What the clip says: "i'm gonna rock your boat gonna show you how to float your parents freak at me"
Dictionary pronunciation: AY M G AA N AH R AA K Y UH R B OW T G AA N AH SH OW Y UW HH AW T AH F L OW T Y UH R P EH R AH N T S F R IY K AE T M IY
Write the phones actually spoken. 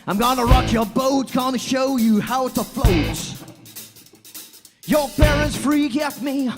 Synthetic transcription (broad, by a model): AY M G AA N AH R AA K Y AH R B OW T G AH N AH SH OW Y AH HH AW T AH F L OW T Y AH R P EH R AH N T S F R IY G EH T M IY